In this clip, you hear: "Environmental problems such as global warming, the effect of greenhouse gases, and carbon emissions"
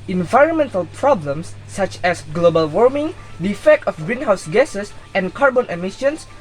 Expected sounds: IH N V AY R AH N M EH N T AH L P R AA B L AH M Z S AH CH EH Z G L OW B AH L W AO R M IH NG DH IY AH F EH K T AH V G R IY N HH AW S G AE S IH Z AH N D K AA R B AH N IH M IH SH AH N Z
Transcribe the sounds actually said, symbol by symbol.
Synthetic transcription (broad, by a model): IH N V AY R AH N M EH N T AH L P R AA B L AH M S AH CH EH S G L OW B AH L W AO R M IH NG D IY AH F EH K T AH F G R IY N HH AW S G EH S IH S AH N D K AA R B AH N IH M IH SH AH N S